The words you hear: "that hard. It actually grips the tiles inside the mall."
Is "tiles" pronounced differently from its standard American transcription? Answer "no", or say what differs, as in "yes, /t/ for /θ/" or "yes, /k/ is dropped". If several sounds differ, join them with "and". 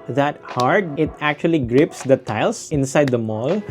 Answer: yes, /s/ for /z/